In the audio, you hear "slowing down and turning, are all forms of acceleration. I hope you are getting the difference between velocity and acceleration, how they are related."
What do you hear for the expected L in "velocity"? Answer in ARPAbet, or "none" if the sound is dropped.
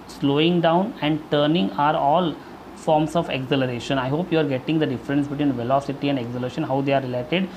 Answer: L